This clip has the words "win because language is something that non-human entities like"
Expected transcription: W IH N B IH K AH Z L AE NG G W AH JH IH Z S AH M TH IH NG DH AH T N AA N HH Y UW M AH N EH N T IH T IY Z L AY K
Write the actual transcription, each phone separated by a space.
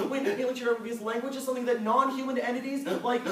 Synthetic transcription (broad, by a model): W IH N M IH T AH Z L AE NG G W AH JH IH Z S AH M TH IH NG DH AH T N AA N HH Y UW M AH N EH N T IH T IY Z L AY K